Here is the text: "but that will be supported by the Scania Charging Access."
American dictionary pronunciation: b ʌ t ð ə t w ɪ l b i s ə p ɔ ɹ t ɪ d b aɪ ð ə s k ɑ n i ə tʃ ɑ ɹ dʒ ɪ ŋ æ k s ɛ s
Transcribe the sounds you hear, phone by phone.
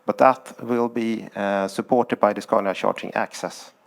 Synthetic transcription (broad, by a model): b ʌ t ð ə t w ɪ l b i s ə p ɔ t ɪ d b aɪ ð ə s k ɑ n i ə ʃ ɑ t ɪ ŋ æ k s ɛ s